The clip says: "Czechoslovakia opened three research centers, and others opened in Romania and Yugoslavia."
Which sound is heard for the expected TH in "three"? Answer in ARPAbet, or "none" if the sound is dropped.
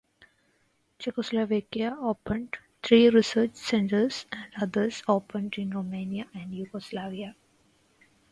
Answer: T